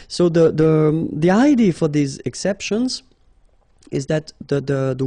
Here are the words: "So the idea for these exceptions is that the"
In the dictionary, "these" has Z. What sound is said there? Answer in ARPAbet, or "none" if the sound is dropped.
Z